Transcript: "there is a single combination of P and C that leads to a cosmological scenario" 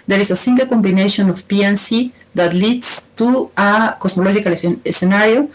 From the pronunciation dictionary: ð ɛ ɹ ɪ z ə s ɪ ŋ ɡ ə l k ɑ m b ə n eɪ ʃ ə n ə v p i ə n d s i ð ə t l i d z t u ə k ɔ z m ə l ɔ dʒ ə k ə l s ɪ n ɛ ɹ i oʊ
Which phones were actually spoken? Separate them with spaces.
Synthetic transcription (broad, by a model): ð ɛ ɹ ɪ s ə s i ŋ ɡ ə l k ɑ m b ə n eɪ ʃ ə n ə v p i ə n s i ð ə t l i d s t u ə k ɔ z m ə l ɔ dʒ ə k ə l s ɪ n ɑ ɹ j oʊ